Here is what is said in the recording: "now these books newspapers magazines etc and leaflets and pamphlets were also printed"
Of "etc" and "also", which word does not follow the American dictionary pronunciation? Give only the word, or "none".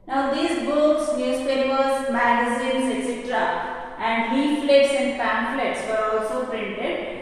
none